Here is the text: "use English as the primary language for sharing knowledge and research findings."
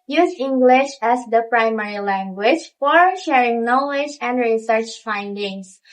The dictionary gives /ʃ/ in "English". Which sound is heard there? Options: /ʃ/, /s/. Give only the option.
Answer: /ʃ/